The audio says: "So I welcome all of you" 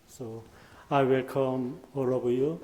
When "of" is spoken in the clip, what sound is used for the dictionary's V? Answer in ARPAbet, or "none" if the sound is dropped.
B